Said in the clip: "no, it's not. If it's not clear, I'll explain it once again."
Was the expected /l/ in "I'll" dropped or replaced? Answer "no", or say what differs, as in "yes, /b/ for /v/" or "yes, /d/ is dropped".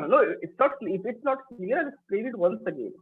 yes, /n/ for /l/